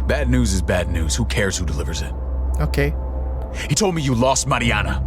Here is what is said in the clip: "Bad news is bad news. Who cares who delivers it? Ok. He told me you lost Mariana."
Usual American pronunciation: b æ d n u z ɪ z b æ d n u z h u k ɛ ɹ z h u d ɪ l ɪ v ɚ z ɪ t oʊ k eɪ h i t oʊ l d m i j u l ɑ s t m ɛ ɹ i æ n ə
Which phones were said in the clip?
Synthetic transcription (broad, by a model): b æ d n u z ɪ z b æ d n u z h u k ɛ ɹ z h u d ɪ l ɪ v ɚ z ɪ t oʊ k eɪ h i t oʊ l d m i j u l ɑ s t m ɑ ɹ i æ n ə